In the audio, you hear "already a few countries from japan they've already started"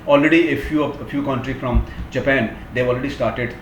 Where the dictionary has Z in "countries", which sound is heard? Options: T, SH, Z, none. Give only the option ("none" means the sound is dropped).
none